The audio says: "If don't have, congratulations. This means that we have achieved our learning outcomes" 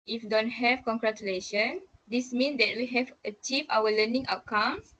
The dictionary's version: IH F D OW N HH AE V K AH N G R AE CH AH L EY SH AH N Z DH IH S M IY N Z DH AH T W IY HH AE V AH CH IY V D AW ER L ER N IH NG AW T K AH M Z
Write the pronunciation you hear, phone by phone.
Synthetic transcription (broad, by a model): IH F D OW N HH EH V K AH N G R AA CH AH L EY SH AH N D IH S M IY N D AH T W IY HH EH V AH CH IY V AW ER L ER N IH NG AW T K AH M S